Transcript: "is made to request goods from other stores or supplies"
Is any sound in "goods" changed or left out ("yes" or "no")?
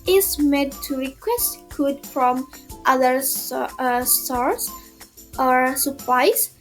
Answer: yes